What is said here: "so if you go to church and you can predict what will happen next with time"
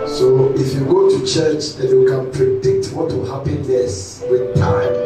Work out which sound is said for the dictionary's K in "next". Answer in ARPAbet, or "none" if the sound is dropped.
none